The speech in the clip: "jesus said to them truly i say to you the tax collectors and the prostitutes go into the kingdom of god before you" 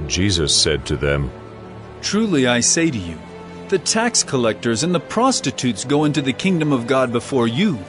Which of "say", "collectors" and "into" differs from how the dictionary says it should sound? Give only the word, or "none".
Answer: none